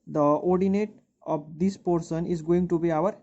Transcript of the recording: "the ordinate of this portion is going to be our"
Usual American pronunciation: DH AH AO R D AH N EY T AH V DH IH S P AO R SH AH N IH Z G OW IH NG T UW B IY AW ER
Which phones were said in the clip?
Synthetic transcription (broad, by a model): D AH AO R D AH N EY T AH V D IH S P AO R S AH N IH Z G OW IH NG T UW B IY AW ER